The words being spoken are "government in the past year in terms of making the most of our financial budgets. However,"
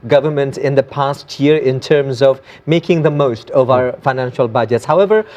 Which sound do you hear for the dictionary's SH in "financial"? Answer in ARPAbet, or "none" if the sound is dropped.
SH